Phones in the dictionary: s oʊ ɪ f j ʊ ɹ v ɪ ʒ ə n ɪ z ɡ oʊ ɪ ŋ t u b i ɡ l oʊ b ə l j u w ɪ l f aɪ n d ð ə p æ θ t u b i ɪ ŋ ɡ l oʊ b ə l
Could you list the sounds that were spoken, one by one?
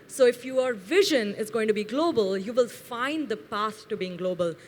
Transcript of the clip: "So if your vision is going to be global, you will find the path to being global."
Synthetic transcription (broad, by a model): s oʊ ɪ f j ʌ ɹ v ɪ ʒ ə n ɪ z ɡ oʊ ɪ ŋ t u b i ɡ l oʊ b ə l j u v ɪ l f aɪ n d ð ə p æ s t u b i ɪ ŋ ɡ l oʊ b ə l